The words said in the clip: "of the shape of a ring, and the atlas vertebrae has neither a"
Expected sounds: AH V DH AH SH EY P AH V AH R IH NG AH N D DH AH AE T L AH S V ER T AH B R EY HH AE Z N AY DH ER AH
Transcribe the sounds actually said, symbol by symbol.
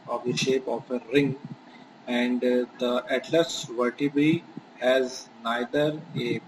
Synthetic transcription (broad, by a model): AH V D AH SH EY P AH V AH R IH NG AH N D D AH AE T L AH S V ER T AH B IY HH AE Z N AY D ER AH